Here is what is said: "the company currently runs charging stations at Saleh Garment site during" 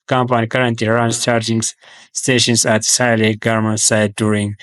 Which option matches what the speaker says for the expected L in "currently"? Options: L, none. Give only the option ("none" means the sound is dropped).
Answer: none